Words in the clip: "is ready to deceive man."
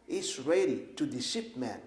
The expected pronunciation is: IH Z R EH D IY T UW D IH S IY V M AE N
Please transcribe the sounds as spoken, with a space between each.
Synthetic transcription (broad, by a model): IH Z R EH D IY T UW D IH SH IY P M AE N